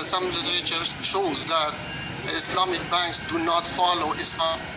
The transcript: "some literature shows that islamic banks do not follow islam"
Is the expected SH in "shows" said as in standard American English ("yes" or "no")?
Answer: yes